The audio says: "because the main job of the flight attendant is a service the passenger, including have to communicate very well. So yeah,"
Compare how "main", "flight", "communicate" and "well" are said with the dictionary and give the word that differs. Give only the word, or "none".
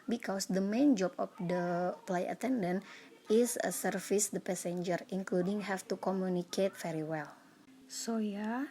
flight